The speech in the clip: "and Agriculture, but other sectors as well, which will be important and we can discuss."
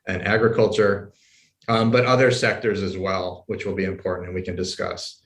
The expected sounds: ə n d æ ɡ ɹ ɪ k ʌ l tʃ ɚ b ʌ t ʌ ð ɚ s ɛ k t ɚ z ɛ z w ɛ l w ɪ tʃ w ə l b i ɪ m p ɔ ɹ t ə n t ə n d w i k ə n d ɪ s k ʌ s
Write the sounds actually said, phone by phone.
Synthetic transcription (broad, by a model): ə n æ ɡ ɹ ɪ k ʌ l tʃ ɚ b ʌ t ʌ ð ɚ s ɛ k t ɚ z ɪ z w ɛ l w ɪ tʃ w ə l b i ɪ m p ɔ ɹ t n t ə n w i k ə n d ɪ s k ʌ s